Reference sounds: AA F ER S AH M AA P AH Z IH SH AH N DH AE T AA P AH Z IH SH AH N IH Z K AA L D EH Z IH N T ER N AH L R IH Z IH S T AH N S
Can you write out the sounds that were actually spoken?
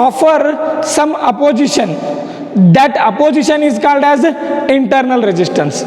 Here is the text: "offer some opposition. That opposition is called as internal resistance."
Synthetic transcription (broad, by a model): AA F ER S AH M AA P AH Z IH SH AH N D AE T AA P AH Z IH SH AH N IH Z K AA L D EH Z IH N T ER N AH L R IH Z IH S T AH N S